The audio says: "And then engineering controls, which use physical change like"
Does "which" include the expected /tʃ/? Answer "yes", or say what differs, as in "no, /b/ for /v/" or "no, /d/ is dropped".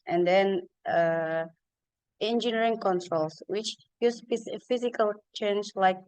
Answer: yes